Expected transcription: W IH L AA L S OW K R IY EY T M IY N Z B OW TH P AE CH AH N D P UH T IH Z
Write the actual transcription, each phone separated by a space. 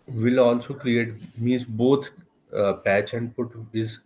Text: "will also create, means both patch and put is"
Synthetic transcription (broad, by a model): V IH L AA L S OW K R IY EY T M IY Z B OW T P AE CH AH N D P UH T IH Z